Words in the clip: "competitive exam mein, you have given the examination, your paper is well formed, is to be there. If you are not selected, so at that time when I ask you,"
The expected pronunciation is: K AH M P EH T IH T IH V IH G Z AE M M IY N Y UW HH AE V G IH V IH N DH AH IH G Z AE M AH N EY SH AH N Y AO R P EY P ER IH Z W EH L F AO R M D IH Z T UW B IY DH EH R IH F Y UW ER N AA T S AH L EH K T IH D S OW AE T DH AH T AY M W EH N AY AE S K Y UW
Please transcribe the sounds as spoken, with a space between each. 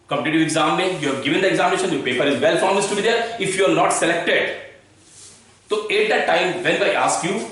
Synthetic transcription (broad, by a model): K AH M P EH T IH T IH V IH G Z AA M M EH Y UW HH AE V G IH V IH N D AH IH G Z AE M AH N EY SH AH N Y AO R P EY P ER IH Z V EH L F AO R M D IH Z T UW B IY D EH R IH F Y UW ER N AA T S AH L EH K T IH D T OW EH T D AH T AY M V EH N AY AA S K Y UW